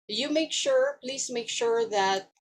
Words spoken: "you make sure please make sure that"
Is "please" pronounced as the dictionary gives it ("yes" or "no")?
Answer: no